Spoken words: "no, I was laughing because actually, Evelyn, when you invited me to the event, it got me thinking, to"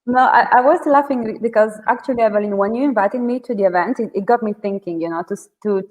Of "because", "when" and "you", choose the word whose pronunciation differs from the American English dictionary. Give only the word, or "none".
none